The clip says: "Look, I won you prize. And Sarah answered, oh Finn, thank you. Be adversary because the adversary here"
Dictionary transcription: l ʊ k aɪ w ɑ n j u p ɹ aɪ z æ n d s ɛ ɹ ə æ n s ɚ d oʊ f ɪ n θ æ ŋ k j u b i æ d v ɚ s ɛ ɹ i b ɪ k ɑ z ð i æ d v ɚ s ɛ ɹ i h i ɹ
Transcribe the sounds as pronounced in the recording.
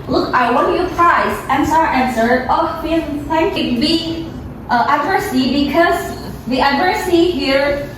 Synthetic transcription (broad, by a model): l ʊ k aɪ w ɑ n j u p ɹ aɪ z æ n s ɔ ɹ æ n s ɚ oʊ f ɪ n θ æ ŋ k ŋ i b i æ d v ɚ s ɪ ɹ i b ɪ k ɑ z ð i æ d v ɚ s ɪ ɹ i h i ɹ